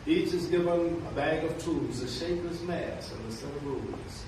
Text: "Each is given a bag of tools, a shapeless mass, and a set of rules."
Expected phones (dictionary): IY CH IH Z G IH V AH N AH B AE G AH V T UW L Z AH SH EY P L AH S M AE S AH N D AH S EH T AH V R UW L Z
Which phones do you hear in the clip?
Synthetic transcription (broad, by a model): IY CH IH Z G IH V AH N AH B AE G AH V T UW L Z AH SH EY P AH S M AE S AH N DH AH S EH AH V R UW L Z